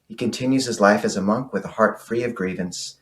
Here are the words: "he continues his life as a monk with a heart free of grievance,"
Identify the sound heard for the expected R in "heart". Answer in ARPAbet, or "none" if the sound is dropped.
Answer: R